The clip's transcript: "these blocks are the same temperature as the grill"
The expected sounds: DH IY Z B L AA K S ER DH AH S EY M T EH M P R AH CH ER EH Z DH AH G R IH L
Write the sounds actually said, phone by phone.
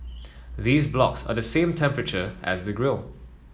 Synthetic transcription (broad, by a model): DH IY Z B L AA K S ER DH AH S EY M T EH M P R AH CH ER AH Z DH AH G R IH L